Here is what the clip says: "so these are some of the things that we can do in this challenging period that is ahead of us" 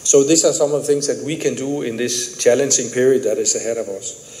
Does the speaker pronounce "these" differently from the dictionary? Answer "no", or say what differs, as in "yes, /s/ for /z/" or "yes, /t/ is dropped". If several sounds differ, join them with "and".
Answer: yes, /s/ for /z/